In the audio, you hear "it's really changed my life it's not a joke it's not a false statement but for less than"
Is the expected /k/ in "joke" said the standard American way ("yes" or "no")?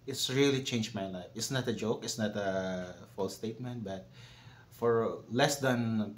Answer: yes